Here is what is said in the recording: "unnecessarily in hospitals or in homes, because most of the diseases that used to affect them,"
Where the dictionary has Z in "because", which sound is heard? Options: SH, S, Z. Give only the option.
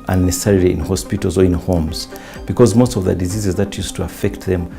Z